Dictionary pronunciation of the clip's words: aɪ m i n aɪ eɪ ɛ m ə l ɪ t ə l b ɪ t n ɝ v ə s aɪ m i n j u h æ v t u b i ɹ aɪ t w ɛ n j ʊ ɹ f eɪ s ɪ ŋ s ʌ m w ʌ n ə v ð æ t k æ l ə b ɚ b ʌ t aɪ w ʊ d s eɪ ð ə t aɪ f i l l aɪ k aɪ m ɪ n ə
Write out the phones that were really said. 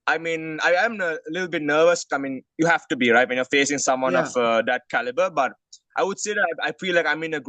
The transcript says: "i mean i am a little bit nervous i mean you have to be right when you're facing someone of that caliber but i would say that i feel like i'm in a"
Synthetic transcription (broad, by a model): aɪ m i n aɪ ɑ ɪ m ə l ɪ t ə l b ɪ t n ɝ v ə s aɪ m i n j u h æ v t u b i ɹ aɪ t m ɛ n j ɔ f eɪ s ɪ ŋ s ʌ m w ʌ n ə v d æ t k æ l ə b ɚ b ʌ t aɪ w ʊ d s eɪ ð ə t aɪ p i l l aɪ k aɪ m ɪ n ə